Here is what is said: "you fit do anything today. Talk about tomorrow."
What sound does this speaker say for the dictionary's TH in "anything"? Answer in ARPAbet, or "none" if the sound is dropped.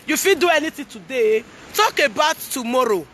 T